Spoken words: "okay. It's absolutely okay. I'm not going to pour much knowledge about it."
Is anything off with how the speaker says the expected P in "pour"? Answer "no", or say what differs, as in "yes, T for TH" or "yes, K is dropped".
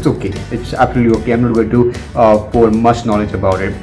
yes, F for P